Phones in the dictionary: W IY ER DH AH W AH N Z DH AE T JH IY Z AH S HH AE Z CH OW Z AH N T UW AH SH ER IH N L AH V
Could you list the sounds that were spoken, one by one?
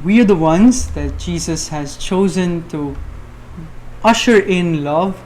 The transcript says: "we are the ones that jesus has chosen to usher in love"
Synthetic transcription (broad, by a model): W IY ER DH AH W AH N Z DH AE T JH IY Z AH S HH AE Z CH OW Z AH N T UW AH SH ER IH N L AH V